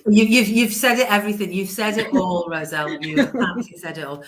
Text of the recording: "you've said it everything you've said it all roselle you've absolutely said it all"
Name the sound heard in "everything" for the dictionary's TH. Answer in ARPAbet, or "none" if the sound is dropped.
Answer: TH